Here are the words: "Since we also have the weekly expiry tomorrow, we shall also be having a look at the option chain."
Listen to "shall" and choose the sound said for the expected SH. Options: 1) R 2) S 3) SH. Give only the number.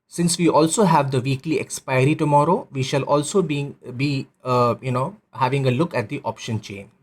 3